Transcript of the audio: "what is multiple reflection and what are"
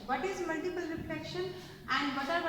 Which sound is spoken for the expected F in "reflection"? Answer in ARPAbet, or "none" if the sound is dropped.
P